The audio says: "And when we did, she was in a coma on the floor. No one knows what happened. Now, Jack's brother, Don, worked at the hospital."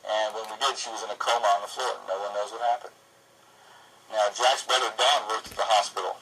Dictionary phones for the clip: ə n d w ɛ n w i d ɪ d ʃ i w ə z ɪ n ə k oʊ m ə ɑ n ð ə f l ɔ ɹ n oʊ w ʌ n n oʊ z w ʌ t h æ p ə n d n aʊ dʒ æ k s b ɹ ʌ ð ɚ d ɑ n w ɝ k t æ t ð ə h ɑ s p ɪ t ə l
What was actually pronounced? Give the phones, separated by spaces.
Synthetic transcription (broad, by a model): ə n w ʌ n w i d ɪ d ʃ i w ə z ɪ n ə k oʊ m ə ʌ n ð ə f l ɔ ɹ n oʊ w ʌ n n oʊ z w ʌ t h æ p ə n d n aʊ dʒ æ k s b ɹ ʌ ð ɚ d ɑ n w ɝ t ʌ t ð ə h ɑ s p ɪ t l